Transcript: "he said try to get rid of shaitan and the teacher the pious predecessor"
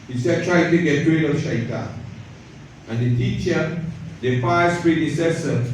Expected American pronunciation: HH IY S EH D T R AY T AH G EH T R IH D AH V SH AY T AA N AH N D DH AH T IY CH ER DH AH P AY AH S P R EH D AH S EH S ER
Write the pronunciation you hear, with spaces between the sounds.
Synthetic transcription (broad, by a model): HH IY S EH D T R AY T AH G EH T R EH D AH F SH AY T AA AH N D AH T IY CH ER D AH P AY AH S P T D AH S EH S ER